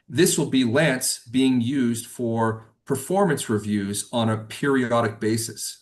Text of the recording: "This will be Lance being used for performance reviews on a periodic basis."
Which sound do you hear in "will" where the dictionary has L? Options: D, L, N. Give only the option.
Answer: L